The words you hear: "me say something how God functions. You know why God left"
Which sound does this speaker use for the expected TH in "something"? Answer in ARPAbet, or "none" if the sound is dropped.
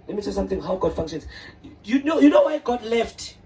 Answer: T